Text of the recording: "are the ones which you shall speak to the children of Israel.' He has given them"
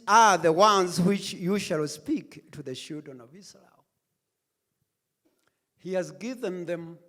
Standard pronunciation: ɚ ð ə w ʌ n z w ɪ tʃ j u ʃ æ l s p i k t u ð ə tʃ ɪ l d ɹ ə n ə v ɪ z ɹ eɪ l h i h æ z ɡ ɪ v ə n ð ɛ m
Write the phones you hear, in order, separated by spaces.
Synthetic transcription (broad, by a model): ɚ ð ə w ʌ n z w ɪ tʃ j u ʃ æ l s p i k t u ð ə ʃ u d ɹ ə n ə v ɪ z ɹ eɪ l h i h æ z ɡ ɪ v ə n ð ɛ m